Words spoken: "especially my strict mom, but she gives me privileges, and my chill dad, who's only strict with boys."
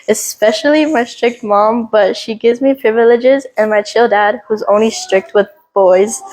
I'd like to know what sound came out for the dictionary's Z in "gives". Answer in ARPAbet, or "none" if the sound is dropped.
Z